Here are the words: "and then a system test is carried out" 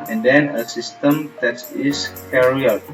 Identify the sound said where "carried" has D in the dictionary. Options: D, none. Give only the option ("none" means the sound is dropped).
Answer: none